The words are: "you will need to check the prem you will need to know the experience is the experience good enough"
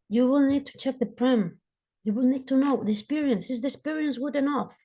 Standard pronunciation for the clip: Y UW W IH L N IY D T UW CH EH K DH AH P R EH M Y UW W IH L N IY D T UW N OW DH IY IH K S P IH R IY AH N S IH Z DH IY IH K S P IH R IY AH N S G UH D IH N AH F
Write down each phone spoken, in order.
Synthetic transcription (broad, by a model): Y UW W IH L N IY D T UW CH EH K DH AH P R EH M Y UW W IH L N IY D T UW N OW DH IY IH K S P IH R IY AH N S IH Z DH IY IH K S P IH R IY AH N S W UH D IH N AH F